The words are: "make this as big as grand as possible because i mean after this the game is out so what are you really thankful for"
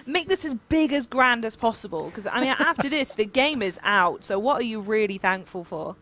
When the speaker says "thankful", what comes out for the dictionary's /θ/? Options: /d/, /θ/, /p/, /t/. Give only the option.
/θ/